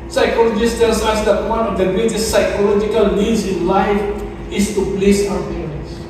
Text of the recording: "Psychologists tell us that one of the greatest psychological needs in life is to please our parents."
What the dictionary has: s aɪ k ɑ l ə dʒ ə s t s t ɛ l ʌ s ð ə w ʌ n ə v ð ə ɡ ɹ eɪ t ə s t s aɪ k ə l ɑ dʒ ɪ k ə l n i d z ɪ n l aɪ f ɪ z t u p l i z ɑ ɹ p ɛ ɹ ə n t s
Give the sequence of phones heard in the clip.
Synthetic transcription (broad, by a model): s aɪ k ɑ l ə dʒ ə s s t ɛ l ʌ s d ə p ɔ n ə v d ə ɡ ɹ eɪ t ə s t s aɪ k ə l ɑ dʒ ɪ k ə l n i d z ɪ n l aɪ f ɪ s t u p l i s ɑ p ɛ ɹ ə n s